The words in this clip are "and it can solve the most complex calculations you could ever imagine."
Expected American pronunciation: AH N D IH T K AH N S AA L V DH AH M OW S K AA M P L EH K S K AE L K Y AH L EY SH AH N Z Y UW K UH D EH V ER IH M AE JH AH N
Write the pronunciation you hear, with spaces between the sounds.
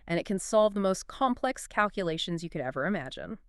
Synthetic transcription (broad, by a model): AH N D IH T K AH N S AA L V DH AH M OW S K AA M P L EH K S K AE L K Y AH L EY SH AH N Z Y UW K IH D EH V ER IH M AE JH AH N